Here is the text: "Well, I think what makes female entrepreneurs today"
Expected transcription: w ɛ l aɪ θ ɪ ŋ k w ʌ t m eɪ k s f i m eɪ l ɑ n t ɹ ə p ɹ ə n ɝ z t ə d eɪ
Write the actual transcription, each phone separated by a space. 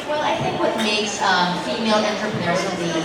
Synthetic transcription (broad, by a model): w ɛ l aɪ θ ɪ ŋ k w ʌ t m eɪ k s f i m eɪ l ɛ n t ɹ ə p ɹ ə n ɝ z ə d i